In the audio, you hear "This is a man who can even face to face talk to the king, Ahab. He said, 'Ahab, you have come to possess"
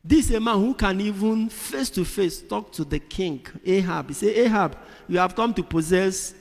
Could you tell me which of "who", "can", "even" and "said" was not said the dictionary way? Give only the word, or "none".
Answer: said